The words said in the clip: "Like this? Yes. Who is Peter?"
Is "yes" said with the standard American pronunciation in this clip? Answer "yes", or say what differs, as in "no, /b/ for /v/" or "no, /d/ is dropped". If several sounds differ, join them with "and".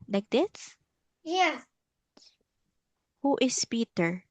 no, /s/ is dropped